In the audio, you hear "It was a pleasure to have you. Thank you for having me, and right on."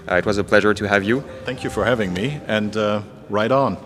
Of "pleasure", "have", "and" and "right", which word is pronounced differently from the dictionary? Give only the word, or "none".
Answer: none